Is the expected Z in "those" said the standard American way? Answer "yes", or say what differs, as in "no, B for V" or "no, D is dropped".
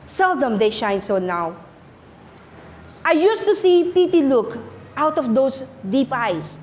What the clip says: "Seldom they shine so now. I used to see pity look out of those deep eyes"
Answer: no, S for Z